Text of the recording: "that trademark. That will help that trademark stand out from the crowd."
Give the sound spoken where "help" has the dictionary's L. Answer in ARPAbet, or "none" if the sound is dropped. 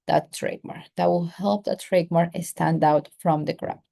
L